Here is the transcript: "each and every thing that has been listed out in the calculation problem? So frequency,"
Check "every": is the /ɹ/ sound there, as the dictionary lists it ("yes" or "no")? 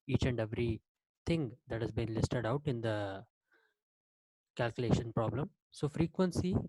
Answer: yes